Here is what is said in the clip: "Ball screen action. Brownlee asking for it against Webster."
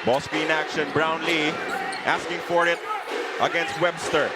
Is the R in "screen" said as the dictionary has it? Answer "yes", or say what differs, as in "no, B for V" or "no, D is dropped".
no, R is dropped